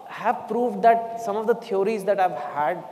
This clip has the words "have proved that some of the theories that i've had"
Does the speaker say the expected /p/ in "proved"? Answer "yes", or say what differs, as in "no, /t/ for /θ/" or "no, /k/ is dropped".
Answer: yes